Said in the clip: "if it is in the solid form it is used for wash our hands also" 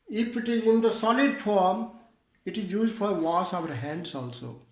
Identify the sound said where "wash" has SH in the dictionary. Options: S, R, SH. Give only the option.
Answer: S